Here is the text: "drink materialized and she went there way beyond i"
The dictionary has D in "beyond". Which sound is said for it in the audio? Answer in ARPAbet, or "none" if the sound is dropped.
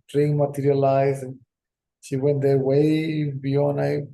none